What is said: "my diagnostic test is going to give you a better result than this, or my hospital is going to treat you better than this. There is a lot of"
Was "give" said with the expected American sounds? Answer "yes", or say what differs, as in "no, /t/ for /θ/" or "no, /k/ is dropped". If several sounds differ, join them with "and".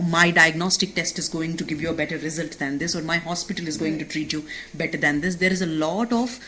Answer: yes